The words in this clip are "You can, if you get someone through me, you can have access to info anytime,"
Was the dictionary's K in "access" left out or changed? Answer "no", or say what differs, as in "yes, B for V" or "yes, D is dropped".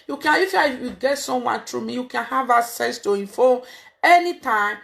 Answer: yes, K is dropped